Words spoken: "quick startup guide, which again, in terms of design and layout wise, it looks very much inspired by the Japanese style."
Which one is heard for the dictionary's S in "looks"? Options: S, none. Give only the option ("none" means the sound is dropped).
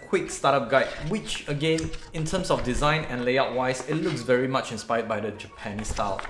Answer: S